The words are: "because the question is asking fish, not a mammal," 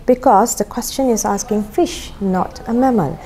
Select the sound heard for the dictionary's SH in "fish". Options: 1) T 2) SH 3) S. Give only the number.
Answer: 2